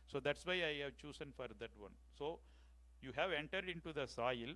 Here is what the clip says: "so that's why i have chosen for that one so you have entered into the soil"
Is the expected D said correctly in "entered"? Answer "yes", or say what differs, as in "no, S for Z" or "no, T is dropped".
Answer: yes